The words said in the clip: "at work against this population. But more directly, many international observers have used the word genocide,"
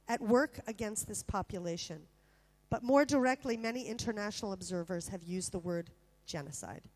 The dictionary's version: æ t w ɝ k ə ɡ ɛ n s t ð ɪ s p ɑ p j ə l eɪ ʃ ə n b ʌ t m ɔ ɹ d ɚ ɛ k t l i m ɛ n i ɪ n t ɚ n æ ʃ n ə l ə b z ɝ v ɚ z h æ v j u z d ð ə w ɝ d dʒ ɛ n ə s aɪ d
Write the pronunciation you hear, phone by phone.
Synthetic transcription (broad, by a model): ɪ t w ɝ k ə ɡ ɛ n s t ð ɪ s p ɑ p j ə l eɪ ʃ ə n b ʌ t m ɔ ɹ d ɚ ɛ k t l i m ɛ n i ɪ n t ɚ n æ ʃ n l ə b z ɝ v ɚ z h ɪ v j u z ð ə w ɝ d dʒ ɛ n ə s aɪ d